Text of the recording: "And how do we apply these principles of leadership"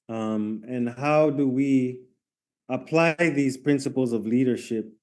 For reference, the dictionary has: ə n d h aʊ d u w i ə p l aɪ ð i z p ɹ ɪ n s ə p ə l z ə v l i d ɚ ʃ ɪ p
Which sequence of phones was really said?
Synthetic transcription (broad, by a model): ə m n h aʊ d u w i ə p l aɪ ð i z p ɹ ɪ n s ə p l z ə v l i d ɚ ʃ ɪ p